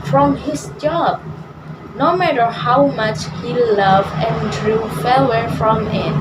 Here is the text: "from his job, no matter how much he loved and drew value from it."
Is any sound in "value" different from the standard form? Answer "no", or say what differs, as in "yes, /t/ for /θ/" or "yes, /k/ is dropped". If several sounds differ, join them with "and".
yes, /f/ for /v/